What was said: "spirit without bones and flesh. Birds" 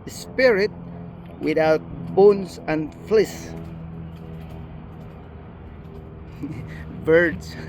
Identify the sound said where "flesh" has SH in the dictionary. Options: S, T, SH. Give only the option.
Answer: S